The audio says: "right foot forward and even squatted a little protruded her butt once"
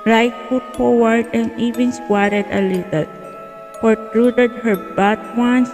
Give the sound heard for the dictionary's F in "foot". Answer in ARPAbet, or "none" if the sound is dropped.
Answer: P